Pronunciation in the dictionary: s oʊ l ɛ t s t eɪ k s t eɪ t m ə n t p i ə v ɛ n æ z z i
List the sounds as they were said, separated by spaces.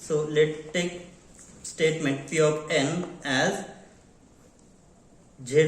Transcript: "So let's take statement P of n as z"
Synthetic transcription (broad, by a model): s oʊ l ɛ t t eɪ k s t eɪ t m ə n t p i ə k ɛ n æ z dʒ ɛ